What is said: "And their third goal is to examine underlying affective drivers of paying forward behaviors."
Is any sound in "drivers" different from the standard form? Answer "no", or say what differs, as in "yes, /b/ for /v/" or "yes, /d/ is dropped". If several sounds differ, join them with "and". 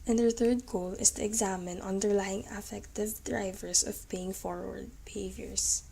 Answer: yes, /s/ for /z/